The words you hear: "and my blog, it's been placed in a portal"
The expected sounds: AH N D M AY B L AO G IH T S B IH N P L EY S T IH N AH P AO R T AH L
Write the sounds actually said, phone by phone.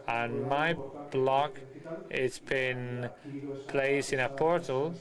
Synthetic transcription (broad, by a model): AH N M AY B L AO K IH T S B IH N P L EY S IH N AH P AO R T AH L